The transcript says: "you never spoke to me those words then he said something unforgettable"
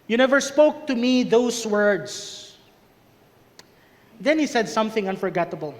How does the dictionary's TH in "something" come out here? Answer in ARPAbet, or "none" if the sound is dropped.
TH